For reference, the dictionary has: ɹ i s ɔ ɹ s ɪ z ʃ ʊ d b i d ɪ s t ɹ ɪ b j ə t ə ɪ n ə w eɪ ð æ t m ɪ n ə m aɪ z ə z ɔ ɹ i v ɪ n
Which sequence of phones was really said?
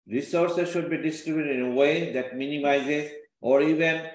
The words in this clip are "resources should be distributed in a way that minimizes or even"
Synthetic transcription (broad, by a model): ɹ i s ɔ ɹ s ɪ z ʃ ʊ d b i d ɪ s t ɹ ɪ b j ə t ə ɪ n ə w eɪ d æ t m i n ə m aɪ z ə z ɔ ɹ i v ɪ n